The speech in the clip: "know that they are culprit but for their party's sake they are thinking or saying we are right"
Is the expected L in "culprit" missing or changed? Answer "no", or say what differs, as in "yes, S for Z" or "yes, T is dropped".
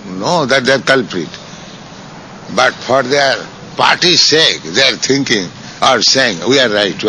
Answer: no